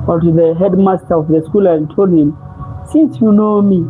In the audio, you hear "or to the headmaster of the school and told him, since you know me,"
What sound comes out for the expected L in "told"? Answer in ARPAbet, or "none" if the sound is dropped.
L